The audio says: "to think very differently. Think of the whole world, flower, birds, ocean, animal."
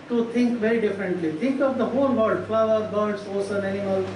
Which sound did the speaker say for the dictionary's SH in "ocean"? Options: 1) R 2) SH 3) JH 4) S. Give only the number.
4